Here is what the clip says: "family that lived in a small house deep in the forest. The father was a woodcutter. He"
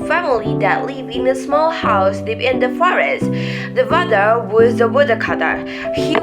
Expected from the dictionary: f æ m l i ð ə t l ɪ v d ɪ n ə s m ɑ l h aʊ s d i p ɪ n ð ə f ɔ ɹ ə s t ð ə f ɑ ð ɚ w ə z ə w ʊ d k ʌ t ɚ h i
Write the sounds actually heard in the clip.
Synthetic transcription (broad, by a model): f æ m l i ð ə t l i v ɪ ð ə s m ɑ l h aʊ s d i ɪ n ð ə f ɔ ɹ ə s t ð ə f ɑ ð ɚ w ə z ə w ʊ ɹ k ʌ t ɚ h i